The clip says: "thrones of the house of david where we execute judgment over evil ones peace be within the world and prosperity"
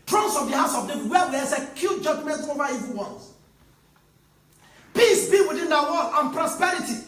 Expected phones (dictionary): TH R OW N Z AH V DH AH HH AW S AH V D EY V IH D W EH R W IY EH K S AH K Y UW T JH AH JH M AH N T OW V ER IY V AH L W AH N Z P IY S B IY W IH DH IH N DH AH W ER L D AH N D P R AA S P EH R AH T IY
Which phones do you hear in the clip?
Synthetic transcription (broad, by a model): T R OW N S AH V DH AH HH AW S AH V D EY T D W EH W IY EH S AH K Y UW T JH AH JH M AH N T OW V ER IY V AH N W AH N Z P IY S B IY W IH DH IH N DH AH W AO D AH N P R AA S P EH R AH T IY